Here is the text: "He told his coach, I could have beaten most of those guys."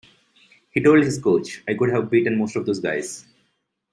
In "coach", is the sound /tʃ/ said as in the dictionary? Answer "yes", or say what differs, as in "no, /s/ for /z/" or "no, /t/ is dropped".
yes